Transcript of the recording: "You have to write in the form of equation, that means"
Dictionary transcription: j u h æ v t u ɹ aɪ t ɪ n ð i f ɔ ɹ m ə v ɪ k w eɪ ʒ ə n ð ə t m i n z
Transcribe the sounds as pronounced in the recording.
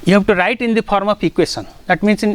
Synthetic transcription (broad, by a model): j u h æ b t u ɹ aɪ t ɪ n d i p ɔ ɹ m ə f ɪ k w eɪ s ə n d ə t m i n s